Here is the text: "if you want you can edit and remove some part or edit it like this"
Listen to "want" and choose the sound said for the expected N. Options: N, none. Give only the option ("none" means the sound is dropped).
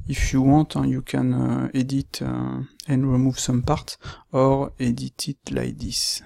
none